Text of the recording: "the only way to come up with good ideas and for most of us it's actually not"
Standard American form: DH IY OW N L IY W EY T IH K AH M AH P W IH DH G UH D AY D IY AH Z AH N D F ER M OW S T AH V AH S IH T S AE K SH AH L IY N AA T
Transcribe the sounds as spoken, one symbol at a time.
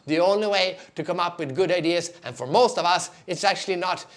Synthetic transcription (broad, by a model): DH IY OW N L IY W EY T IH K AH M AH P W IH DH G UH D AY D IY AH Z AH N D F ER M OW S T AH V AH S IH T S AE K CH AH L IY N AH T